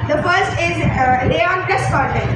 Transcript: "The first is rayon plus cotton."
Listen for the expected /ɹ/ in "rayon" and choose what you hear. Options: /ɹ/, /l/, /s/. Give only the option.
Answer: /l/